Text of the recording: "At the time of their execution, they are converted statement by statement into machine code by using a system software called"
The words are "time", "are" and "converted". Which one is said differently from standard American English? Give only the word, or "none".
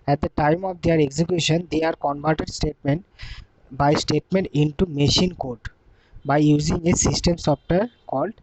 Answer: converted